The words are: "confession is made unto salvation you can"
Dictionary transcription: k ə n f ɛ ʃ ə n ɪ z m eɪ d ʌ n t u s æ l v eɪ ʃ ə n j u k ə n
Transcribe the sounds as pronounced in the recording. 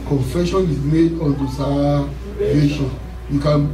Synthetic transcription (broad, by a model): k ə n f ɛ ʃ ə n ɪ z m eɪ d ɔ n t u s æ v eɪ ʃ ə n j u k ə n